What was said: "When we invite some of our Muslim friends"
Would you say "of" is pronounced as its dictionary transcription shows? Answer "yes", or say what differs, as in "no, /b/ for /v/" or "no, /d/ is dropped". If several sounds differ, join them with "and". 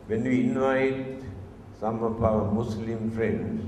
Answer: no, /p/ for /v/